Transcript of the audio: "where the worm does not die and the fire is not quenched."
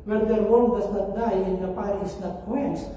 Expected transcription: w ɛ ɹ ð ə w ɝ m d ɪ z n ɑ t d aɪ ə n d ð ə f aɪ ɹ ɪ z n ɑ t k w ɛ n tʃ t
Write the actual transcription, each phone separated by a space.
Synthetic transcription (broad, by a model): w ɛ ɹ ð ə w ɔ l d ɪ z n ɑ t d aɪ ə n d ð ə p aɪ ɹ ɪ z n ɑ t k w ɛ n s